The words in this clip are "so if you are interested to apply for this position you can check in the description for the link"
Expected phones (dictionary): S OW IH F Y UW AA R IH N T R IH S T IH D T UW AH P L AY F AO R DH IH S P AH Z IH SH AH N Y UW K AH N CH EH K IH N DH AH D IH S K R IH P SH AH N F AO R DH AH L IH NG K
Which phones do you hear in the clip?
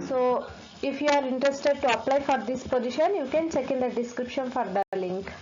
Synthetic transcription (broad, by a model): S OW IH F Y UW AA R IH N T R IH S T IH D T UW AH P L AY F AO R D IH S P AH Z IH SH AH N Y UW K AH N CH EH K IH N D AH D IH S K R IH P SH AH N F AO R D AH L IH NG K